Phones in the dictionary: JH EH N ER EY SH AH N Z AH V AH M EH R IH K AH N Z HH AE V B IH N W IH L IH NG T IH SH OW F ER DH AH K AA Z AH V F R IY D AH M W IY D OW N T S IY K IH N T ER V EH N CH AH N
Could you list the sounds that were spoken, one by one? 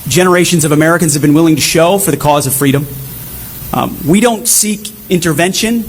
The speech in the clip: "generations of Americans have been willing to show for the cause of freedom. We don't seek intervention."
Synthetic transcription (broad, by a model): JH EH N ER EY SH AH N Z AH V AH M EH R IH K AH N Z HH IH V B IH N W IH L IH NG T IH SH OW F ER DH AH K AA Z AH V F R IY D AH M W IY D OW N T S IY K IH N T ER V EH N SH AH N